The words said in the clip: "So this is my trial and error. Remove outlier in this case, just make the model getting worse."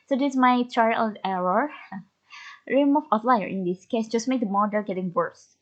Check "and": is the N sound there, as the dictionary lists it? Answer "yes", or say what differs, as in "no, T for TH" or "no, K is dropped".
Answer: no, L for N